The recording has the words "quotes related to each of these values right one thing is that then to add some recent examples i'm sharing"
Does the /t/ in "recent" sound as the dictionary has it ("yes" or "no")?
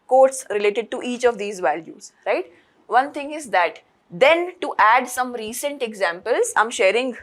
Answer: yes